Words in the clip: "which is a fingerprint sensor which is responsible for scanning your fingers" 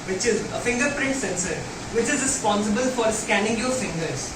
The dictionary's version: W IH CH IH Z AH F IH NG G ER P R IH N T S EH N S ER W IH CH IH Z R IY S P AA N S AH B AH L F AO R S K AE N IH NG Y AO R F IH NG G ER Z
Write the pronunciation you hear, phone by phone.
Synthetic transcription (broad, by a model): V IH CH IH Z AH F IH NG G ER P R IH N T S EH N S ER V IH CH IH Z R IY S P AA N S AH B AH L F AO R S K AE N IH NG Y AO R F IH NG G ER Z